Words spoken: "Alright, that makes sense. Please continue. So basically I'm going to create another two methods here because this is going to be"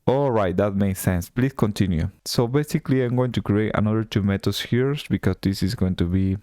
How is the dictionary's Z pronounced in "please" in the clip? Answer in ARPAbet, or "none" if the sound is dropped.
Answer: S